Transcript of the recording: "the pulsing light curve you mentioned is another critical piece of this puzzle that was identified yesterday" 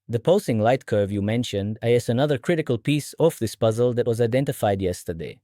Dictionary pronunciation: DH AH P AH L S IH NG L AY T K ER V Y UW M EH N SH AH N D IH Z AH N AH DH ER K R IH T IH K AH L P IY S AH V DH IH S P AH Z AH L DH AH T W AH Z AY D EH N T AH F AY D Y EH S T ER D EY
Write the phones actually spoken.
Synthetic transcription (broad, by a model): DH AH P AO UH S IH NG L AY T K ER V Y UW M EH N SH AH N D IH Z AH N AH DH ER K R IH T IH K AH L P IY S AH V DH IH S P AH Z AH L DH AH T W AH Z AY D EH N T AH F AY D Y EH S T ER D EY